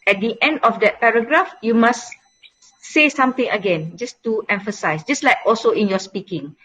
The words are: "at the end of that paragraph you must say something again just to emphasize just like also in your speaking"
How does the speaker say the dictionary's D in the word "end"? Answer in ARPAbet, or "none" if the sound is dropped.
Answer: D